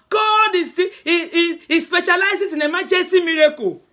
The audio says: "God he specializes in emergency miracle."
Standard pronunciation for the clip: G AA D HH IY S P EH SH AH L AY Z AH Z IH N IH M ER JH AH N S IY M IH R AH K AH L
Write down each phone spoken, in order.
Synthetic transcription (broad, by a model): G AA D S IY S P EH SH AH L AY S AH S IH N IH M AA JH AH S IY M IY R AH K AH